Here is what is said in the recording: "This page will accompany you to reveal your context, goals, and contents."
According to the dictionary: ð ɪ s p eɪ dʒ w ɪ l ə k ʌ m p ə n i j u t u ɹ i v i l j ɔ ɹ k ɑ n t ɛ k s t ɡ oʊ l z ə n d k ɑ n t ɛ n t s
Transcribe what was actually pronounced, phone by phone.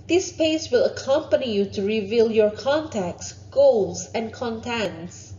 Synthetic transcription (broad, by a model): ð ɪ s p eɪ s w ɪ l ə k ʌ m p ə n i j u t u ɹ i v i l j ɔ ɹ k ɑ n t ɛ k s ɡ oʊ l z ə n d k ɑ n t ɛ n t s